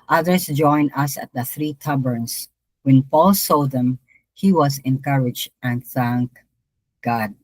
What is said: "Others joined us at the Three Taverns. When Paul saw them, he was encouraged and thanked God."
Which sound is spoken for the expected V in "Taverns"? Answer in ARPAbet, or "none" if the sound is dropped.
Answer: B